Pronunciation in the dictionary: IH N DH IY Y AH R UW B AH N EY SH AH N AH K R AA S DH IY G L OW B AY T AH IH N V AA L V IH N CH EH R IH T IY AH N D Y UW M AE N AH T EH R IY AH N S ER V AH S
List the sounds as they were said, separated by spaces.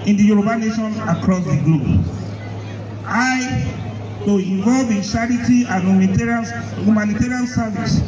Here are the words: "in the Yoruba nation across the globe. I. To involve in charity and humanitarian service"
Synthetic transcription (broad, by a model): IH N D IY Y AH R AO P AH N EY SH AH N AH K R AA S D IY G L OW B AY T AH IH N V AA L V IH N SH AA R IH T IY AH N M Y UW M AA N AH T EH R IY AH N S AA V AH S